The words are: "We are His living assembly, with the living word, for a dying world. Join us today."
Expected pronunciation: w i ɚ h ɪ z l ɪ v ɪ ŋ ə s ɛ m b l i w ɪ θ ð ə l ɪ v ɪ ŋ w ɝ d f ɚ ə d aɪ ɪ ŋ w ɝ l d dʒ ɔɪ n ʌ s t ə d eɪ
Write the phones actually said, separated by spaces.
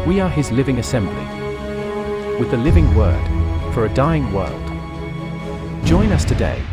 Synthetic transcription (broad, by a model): w i ɚ ɪ z l ɪ v ɪ ŋ ə s ɛ m b l i w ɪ ð ə l ɪ v ɪ ŋ w ɝ d f ɚ ə d aɪ ɪ ŋ w ɝ l d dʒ ɔɪ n ʌ s t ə d eɪ